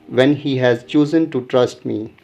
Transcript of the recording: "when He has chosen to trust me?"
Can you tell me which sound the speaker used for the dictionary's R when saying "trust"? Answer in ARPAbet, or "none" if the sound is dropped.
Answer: R